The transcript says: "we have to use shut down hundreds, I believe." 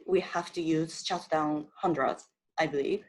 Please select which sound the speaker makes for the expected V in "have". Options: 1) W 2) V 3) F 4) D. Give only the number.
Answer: 3